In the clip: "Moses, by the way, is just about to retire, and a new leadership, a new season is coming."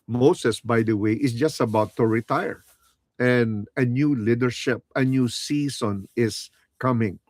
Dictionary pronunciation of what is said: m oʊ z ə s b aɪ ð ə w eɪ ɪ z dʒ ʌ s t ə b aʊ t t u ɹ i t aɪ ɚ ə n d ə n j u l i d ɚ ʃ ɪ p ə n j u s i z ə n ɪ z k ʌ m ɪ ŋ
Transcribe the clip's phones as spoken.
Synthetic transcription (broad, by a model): m oʊ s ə s b aɪ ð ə w eɪ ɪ s dʒ ʌ s t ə b aʊ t t u ɹ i t aɪ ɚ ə n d ə n j u l i d ɚ ʃ ɪ p ə n j u s i s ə n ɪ s k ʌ m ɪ ŋ